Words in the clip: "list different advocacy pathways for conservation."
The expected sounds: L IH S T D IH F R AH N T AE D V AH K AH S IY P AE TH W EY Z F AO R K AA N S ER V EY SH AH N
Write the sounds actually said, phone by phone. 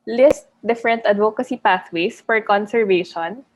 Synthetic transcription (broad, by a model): L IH S T D IH F R AH N T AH D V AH K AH S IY P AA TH W EY S F AO R K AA N S ER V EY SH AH N